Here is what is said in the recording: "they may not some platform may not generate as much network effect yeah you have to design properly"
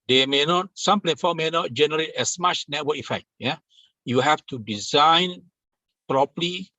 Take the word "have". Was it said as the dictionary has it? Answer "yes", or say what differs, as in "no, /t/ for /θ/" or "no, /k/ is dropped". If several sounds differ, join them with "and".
no, /f/ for /v/